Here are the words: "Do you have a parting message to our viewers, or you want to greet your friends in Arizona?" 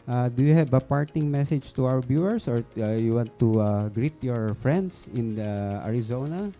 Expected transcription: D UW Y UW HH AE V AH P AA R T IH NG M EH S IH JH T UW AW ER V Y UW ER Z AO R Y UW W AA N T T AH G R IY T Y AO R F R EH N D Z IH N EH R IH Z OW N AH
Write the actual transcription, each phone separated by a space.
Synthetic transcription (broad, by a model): D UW Y UW HH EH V AH P AA R T IH NG M EH S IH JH T UW AW ER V Y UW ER S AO R Y UW W AA N T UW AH G R IY T Y AO R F R EH N D S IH N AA R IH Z OW N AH